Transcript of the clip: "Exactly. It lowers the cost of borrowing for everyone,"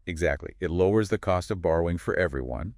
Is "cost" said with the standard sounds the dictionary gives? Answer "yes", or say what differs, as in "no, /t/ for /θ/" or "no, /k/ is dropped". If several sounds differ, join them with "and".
yes